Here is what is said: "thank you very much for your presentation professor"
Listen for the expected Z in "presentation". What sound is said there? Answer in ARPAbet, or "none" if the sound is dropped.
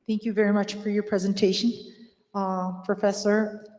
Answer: Z